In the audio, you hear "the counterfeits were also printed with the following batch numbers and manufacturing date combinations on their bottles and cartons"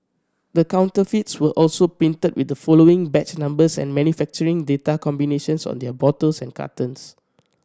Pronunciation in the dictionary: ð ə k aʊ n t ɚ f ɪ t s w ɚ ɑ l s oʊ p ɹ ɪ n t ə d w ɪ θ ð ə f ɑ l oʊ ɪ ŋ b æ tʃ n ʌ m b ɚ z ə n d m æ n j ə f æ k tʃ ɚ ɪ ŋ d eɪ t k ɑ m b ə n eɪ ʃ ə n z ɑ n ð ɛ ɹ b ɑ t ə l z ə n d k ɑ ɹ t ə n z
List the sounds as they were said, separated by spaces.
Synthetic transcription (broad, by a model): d ə k aʊ n t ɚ f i t s w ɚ ɑ l s oʊ p ɪ n t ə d w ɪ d ə f ɑ l oʊ ɪ ŋ b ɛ tʃ n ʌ m b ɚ s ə n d m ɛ n j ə f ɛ k tʃ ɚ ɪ ŋ d eɪ t k ɑ m b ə n eɪ ʃ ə n s ɑ n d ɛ b ɑ t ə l s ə n k ɑ t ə n s